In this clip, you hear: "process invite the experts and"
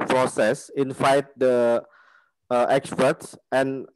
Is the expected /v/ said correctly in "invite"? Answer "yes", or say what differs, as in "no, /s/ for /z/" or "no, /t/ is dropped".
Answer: no, /f/ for /v/